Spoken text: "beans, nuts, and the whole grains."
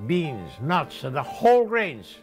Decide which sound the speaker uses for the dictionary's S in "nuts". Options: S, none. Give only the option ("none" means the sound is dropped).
S